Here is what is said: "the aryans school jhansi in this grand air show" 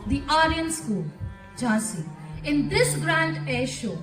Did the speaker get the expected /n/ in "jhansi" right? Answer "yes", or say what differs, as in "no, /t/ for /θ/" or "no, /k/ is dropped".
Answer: no, /n/ is dropped